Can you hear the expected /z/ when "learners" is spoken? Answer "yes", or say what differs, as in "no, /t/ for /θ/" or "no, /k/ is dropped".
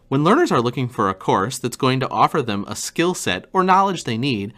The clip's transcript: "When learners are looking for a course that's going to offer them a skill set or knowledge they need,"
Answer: yes